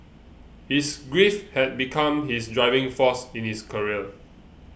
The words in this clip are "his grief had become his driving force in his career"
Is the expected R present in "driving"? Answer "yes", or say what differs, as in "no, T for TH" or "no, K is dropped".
yes